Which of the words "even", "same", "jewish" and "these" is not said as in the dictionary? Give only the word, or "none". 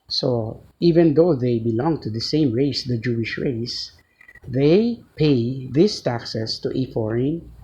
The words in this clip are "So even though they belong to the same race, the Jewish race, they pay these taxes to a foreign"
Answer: these